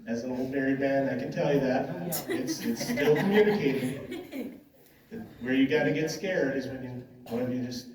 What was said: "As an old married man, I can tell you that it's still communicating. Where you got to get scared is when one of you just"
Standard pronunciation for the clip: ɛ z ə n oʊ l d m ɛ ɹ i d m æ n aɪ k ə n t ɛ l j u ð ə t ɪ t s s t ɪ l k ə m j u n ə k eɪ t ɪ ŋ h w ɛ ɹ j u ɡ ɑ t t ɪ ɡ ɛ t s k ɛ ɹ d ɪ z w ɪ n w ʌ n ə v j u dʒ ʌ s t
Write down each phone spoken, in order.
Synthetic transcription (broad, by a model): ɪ z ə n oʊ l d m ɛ ɹ i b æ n aɪ k ə n t ɛ l j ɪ ð ə t ɪ t s s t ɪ l k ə m j u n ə k eɪ t ɪ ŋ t w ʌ ɹ j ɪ ɡ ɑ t t ɪ ɡ ɛ t s k ɛ ɹ d ɪ z w ɪ n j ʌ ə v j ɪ dʒ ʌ s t